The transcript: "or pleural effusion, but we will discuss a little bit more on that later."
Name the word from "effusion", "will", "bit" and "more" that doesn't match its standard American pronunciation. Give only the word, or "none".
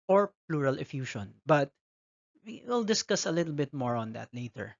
effusion